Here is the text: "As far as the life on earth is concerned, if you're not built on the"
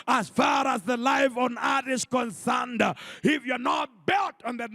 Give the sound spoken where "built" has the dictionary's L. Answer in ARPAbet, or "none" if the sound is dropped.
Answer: L